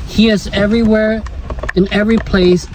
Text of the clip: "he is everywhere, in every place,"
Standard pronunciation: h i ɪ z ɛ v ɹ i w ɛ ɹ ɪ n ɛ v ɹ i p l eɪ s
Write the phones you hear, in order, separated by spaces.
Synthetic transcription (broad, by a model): h i ɪ z ɛ v ɹ i w ɛ ɹ ɪ n ɛ v ɹ i p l eɪ s